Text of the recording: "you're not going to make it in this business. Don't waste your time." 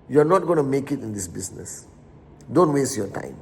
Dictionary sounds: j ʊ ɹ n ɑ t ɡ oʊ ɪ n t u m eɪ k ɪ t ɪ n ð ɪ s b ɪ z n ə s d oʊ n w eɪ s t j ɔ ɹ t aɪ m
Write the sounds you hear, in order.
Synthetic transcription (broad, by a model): j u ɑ n ɑ t ɡ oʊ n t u m eɪ k ɪ t ɪ n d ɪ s b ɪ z n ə s d oʊ n w eɪ s t j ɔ t aɪ m